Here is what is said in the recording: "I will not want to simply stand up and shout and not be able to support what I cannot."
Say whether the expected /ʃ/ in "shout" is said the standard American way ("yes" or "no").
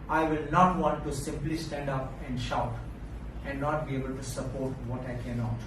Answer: yes